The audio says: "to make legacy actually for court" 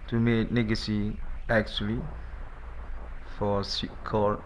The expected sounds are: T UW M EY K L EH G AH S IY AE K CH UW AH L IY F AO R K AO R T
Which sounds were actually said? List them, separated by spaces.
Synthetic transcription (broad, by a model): T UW M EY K N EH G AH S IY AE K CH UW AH L IY F AO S K AO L